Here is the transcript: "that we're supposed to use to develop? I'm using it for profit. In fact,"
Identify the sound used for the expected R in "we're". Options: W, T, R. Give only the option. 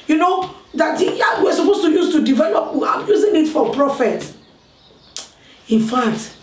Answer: W